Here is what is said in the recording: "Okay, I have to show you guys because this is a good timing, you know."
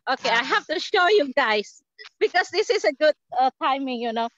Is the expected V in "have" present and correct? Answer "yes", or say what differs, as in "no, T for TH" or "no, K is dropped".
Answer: no, F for V